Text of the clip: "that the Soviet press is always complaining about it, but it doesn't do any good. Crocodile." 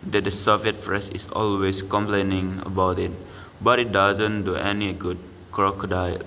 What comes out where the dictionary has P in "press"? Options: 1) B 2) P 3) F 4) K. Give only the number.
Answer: 3